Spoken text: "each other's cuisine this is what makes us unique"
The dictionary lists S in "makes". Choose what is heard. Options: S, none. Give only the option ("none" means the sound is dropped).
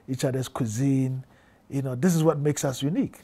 S